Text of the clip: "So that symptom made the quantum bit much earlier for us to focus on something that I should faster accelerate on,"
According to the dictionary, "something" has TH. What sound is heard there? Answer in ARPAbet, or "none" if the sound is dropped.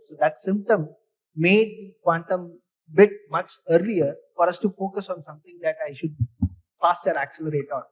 T